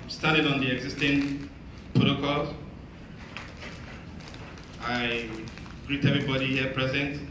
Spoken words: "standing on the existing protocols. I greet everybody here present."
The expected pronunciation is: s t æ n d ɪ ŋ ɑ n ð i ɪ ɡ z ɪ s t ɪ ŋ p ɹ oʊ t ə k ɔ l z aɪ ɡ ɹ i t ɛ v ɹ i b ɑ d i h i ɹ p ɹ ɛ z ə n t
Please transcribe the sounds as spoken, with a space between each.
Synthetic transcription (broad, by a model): s t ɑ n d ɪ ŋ ɑ n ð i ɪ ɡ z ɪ s t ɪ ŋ p ɹ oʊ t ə k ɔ l aɪ ɡ ɹ i t ɛ v ɹ i b ɑ d i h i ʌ p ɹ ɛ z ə n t